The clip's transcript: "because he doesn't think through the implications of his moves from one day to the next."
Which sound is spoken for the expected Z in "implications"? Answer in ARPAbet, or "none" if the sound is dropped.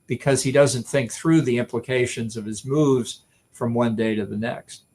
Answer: Z